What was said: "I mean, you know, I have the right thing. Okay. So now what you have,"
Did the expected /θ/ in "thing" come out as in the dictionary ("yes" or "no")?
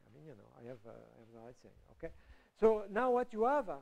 no